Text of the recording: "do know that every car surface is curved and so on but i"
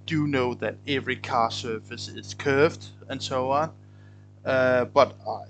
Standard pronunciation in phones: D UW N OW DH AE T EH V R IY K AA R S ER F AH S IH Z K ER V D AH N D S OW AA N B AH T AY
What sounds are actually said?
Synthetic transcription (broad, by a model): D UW N OW DH AE T EH V R IY K AA S ER F AH S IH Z K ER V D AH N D S OW AA N B AH T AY